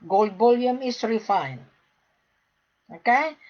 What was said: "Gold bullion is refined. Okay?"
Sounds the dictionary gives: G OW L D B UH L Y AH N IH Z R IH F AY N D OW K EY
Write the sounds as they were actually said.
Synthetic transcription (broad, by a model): G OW L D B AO L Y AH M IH S R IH F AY N OW K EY